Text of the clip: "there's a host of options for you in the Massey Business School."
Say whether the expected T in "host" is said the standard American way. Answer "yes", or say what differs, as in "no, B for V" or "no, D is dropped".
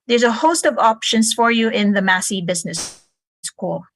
yes